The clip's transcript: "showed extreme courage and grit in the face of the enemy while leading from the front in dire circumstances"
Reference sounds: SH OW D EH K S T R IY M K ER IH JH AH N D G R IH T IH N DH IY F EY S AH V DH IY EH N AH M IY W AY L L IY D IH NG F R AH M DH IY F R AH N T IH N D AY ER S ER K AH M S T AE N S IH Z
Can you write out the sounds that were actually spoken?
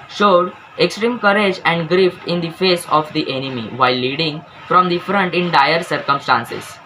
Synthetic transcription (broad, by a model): SH OW D EH K S T R IY M K ER IH JH AH N D G R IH T IH N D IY F EY S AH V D IY EH N AH M IY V AY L L IY D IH NG F R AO M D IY F R AH N T IH N D AY ER S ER K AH M S T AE N S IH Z